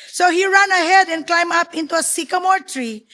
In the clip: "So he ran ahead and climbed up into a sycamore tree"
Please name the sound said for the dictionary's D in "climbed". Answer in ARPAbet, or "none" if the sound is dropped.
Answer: none